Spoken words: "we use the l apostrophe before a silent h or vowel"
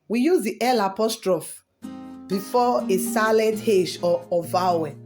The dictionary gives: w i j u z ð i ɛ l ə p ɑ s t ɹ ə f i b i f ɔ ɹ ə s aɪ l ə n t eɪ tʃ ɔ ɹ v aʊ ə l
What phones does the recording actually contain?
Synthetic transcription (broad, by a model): w i j u z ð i ɛ l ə p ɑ s t ɹ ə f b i f ɔ ə s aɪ l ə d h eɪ ʃ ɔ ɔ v aʊ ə